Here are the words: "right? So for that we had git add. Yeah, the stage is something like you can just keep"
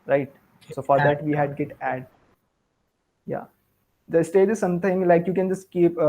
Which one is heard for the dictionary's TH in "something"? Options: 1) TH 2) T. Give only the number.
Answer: 2